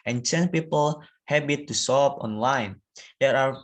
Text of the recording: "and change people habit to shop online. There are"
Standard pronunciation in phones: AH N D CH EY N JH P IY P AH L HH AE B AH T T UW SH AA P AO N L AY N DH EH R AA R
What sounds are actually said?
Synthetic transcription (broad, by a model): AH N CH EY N P IY P AH L HH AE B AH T T UW S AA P AO N L AY N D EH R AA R